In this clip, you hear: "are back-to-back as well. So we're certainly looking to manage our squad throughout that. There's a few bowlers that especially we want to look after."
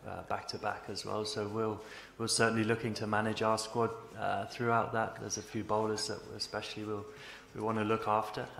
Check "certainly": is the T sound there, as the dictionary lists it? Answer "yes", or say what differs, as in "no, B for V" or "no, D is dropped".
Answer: no, S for T